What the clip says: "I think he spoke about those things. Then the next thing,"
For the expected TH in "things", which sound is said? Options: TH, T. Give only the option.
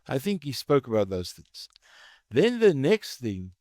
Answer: TH